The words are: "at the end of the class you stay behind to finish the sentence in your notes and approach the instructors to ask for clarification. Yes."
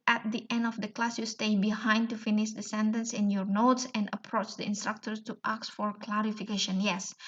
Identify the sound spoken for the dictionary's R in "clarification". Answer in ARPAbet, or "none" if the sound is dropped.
R